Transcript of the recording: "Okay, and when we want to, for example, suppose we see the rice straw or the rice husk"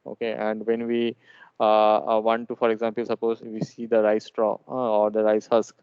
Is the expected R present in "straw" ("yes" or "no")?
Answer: yes